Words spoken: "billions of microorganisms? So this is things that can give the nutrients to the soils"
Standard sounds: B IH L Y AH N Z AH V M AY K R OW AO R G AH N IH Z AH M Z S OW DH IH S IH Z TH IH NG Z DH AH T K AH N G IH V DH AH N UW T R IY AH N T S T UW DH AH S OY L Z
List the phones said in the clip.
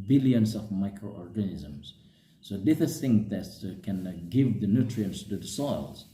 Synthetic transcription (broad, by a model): B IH L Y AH N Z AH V M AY K R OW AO R G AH N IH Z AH M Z S OW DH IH TH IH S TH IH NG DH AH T K AH N G IH V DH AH N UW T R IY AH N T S T UW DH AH S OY L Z